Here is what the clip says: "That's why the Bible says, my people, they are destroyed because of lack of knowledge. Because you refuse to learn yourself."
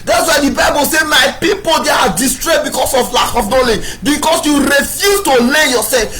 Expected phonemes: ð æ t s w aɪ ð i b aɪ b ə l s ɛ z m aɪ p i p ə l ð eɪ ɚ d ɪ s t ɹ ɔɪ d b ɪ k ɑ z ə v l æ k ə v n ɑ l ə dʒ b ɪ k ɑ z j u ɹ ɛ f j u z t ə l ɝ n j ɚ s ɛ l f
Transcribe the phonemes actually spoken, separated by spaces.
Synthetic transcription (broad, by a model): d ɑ t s w aɪ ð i b aɪ b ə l s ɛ m aɪ p i p ə l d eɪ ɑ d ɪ s t ɹ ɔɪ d b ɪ k ɑ s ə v l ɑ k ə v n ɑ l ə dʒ b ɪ k ɑ s j u ɹ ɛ f j u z t ə l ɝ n j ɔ s ɛ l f